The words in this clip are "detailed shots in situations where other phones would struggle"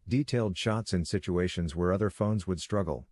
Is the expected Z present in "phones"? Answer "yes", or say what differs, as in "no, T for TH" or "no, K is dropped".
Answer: yes